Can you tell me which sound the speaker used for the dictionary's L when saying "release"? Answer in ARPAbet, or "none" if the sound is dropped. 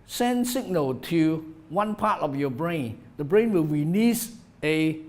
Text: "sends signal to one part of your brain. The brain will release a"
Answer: N